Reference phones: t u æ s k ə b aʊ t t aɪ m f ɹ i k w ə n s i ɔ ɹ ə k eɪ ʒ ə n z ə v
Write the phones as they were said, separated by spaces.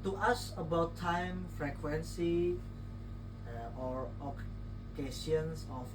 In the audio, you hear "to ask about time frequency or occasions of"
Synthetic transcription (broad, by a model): t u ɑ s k ə b aʊ t t aɪ m f ɹ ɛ k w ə n s i ɔ ɹ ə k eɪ s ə n s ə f